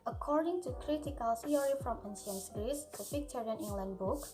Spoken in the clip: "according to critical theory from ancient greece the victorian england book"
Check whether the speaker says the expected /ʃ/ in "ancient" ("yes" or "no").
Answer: no